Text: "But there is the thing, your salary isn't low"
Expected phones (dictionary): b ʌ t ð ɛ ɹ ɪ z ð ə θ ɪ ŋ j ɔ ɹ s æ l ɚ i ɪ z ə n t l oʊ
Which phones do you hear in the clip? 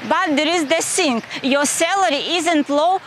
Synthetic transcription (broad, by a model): b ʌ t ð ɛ ɹ ɪ z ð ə s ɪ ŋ j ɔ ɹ s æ l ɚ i ɪ z ə n t l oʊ